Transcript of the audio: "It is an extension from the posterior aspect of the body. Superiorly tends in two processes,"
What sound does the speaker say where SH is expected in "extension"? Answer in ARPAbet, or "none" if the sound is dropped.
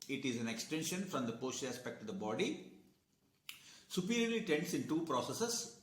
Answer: SH